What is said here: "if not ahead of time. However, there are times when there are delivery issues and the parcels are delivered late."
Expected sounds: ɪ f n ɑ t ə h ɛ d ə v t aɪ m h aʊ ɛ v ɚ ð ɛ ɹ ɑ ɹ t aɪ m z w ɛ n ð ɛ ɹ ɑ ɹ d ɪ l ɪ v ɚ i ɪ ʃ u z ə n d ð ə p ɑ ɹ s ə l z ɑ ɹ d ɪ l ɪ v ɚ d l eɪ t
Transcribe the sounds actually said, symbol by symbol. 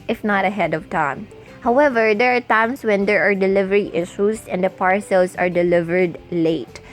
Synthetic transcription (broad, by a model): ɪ f n ɑ t ə h ɛ d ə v t aɪ m h aʊ ɛ v ɚ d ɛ ɹ ɑ ɹ t aɪ m s w ɛ n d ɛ ɹ ɑ ɹ d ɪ l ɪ v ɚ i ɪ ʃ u s ə n d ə p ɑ ɹ s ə l s ɑ ɹ d ɪ l ɪ v ɚ d l eɪ t